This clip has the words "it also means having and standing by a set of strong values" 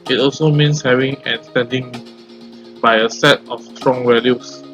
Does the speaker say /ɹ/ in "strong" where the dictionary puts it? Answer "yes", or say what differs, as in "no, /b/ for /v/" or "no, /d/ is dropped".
yes